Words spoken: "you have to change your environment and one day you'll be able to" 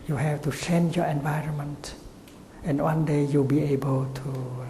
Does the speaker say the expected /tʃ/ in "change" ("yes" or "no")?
no